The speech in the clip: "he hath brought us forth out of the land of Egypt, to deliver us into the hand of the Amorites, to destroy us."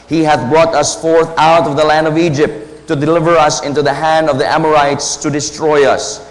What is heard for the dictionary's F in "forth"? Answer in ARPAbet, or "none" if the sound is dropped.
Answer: F